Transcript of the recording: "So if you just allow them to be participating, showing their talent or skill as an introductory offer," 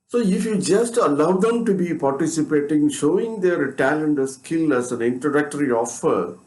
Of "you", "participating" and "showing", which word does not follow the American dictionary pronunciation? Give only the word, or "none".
none